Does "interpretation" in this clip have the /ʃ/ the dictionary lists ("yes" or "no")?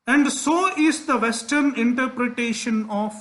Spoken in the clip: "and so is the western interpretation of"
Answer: yes